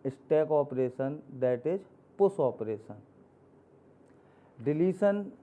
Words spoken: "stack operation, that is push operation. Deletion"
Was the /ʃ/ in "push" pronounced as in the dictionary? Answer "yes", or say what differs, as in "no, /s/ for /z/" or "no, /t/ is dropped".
no, /s/ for /ʃ/